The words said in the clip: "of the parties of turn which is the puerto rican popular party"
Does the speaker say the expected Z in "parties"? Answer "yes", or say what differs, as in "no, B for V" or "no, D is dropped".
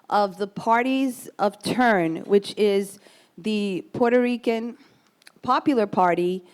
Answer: yes